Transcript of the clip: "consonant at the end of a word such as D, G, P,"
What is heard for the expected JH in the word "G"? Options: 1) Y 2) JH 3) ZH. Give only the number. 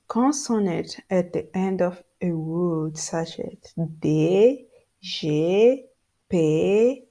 3